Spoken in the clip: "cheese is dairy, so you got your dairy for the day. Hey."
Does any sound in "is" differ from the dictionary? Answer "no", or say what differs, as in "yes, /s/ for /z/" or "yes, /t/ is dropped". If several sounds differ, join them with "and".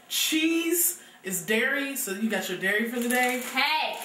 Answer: no